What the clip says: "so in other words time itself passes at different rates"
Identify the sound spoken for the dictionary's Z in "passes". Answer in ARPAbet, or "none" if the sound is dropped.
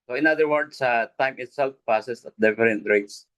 S